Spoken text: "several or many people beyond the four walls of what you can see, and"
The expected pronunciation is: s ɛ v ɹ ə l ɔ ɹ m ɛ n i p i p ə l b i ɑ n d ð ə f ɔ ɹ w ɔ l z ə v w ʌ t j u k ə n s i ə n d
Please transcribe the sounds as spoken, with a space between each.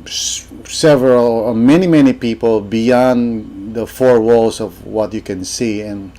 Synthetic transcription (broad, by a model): s ɛ v ɹ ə l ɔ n m ɛ n i p i p ə l b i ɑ n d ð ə f ɔ ɹ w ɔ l s ə v w ʌ t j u k ə n s i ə n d